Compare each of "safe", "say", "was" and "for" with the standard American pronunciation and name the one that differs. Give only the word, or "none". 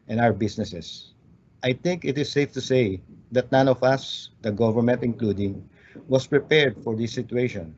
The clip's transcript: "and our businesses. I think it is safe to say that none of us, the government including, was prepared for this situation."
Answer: was